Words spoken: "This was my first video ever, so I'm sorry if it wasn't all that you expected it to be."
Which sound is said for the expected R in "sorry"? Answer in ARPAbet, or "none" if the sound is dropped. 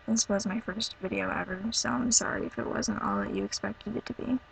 R